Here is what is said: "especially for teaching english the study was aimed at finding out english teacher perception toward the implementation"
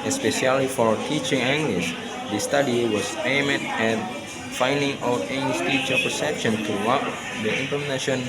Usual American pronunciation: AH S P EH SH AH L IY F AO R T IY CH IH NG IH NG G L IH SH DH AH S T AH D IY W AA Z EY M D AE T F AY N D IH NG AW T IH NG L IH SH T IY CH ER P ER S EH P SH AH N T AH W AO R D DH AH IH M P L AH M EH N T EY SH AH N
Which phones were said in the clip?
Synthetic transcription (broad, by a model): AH S P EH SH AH L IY F AO R T IY CH IH NG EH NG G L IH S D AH S T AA D IY W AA S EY M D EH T F AY N D IH NG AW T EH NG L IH S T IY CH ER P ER S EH P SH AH N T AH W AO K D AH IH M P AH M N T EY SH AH N